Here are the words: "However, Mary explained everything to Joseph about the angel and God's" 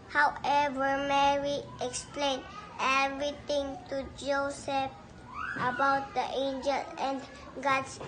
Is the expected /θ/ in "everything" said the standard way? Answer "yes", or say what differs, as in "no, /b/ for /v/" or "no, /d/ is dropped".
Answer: no, /t/ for /θ/